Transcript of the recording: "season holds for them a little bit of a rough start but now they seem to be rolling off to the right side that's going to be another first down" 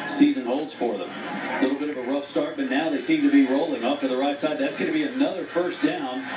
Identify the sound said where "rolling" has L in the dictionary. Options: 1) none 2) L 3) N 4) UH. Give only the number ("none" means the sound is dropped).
2